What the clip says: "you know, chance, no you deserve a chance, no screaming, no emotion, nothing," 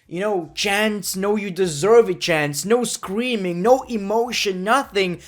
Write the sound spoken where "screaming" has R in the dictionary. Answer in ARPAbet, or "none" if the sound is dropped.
R